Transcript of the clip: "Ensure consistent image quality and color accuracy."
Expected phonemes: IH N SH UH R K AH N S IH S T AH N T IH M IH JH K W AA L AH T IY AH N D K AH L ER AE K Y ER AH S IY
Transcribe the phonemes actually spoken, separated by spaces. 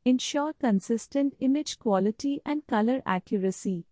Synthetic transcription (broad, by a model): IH N SH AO R K AH N S IH S T AH N T IH M IH JH K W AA L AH T IY AH N D K AH L ER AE K Y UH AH S IY